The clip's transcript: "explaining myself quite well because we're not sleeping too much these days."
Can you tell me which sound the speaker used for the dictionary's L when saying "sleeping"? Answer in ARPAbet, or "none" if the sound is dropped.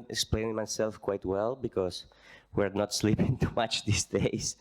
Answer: L